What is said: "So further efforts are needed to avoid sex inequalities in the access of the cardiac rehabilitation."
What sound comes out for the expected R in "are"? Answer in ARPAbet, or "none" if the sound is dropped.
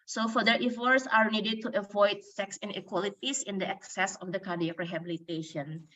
R